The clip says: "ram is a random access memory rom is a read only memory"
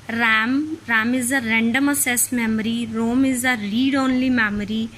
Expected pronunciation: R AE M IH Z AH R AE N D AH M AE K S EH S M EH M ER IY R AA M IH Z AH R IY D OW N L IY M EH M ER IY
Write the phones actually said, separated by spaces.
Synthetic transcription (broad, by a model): R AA M IH Z AH R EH N D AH M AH S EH S M EH M ER IY R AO M IH Z AH R IY D OW N L IY M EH M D IY